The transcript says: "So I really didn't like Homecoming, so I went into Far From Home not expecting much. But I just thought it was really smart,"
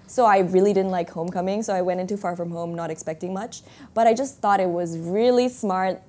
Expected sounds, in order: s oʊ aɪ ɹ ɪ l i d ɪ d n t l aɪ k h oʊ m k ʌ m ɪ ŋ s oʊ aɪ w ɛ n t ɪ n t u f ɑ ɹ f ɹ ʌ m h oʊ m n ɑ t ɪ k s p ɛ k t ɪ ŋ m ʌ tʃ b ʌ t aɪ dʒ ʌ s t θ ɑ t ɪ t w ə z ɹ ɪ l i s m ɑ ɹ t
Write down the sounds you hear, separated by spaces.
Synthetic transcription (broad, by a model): s oʊ aɪ ɹ ɪ l i d ɪ d n t l aɪ k h oʊ m k ʌ m ɪ ŋ s oʊ aɪ w ɛ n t ɪ n t u f ɑ ɹ f ɹ ʌ m h oʊ m n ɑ t ɪ k s p ɛ k t ɪ ŋ m ʌ tʃ b ʌ t aɪ dʒ ʌ s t θ ɑ t ɪ t w ə z ɹ ɪ l i s m ɑ ɹ t